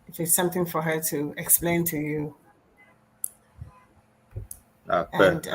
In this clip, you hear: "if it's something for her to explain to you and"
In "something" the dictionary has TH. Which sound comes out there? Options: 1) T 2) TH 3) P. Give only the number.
2